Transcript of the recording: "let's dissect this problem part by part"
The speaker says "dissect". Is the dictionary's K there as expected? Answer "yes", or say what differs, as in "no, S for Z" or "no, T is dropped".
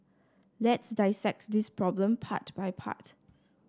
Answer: yes